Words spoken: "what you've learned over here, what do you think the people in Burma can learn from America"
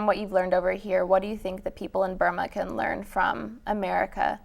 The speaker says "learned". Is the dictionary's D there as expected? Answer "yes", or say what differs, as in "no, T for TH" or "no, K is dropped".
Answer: yes